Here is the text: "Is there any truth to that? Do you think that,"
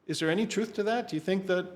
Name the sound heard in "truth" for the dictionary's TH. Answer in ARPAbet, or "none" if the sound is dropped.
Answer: TH